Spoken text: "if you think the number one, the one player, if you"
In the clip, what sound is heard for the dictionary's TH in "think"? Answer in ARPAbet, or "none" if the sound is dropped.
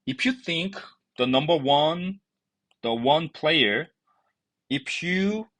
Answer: TH